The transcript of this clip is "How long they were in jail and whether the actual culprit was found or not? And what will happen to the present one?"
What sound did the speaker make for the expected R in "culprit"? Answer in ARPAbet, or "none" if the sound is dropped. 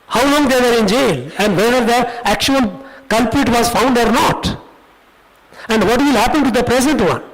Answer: none